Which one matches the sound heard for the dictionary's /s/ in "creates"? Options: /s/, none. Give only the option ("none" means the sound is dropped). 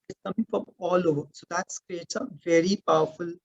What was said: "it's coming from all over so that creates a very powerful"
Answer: none